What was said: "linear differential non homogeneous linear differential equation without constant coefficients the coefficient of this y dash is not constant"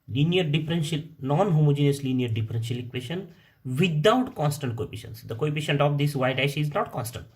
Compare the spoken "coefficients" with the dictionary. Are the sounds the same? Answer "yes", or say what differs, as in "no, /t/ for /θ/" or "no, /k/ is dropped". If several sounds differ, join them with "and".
no, /p/ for /f/